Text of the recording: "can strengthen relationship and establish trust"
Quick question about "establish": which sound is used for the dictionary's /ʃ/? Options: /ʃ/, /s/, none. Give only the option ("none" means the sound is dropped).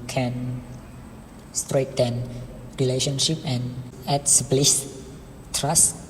/s/